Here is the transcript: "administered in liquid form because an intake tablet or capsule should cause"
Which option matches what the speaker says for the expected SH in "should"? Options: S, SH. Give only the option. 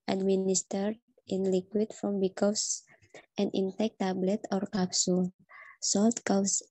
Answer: S